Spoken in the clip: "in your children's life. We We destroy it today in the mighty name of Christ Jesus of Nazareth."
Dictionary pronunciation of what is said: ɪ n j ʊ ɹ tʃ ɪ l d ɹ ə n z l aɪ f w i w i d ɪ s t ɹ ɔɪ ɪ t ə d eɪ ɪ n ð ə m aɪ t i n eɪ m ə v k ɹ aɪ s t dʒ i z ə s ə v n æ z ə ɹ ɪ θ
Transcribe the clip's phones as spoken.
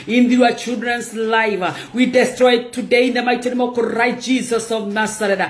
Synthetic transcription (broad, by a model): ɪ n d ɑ tʃ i l d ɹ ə n s l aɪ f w w i d ɪ s t ɹ ɔɪ t ə d eɪ ɪ n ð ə m aɪ t i n eɪ m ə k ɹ aɪ t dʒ i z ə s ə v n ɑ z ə ɹ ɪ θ